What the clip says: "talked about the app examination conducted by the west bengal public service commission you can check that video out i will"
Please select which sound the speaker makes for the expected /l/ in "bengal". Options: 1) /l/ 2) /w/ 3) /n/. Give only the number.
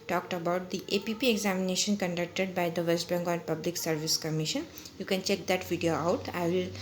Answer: 3